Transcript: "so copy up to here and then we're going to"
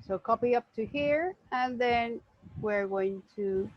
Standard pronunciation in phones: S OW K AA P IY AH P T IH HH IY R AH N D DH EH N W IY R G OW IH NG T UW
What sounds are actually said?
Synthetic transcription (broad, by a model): S OW K AA P IY AH P T IH HH IY R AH N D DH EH N W IY R G OW IH NG T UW